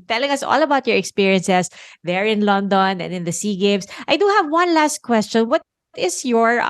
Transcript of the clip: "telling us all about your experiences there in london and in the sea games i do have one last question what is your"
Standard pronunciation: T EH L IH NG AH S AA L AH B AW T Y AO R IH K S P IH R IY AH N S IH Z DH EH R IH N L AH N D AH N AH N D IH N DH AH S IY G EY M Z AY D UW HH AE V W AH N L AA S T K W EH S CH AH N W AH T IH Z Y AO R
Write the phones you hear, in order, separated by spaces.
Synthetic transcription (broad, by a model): T EH L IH NG AH S AA L AH B AW T Y AO R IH K S P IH R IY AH N S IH S DH EH R IH N L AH N D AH N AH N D IH N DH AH S IY G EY M S AY D UW HH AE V W AH N L AA S T K W EH S CH AH N W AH T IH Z Y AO R